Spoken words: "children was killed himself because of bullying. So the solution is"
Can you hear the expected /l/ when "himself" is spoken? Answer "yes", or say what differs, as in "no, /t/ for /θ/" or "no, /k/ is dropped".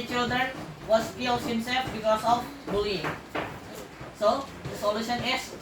no, /l/ is dropped